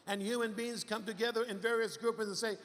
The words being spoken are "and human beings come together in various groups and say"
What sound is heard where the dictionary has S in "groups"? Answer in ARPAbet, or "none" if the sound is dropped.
none